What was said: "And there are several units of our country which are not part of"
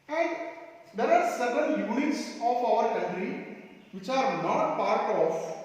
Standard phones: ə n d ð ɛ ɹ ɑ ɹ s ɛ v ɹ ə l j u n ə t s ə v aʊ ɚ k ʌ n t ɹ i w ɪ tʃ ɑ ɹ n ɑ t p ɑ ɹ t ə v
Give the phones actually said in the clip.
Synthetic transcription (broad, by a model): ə n d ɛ ɹ ɑ ɹ s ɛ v ə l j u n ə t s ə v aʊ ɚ k ʌ n t ɹ i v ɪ tʃ ɑ ɹ n ɑ t p ɑ ɹ t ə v